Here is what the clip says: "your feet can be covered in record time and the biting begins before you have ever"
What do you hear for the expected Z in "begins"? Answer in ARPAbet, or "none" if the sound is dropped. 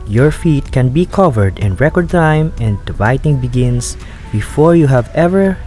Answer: S